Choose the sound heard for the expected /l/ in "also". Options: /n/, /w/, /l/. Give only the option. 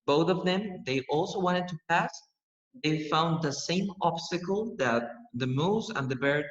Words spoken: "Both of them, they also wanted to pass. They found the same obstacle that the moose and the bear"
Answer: /l/